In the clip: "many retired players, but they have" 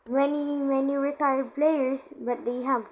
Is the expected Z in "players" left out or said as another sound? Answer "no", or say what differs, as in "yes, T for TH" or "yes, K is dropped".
yes, S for Z